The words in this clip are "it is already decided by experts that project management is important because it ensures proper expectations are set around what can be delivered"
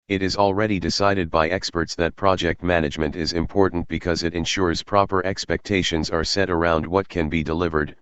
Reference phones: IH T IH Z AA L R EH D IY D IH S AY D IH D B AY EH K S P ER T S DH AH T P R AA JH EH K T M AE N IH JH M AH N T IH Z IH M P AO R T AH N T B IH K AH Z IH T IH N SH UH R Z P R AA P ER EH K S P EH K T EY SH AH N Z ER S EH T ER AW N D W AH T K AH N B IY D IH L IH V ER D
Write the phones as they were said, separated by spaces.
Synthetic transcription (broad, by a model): IH T IH Z AA L R EH D IY D IH S AY D IH D B AY EH K S P ER T S DH AH T P R AA JH EH K T M AE N IH JH M AH N T IH Z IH M P AO R T N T B IH K AH Z IH T IH N SH UH R Z P R AA P ER EH K S P EH K T EY SH AH N Z ER S EH T ER AW N D W AH T K AH N B IY D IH L IH V ER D